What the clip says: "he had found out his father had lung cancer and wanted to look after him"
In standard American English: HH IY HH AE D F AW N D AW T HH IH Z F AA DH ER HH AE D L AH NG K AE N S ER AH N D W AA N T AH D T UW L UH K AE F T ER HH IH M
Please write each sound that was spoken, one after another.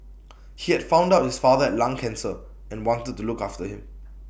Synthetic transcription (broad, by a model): HH IY HH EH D F AW N D AW T HH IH S F AA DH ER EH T L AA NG K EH N S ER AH N W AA N T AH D T UW L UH K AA F T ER HH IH M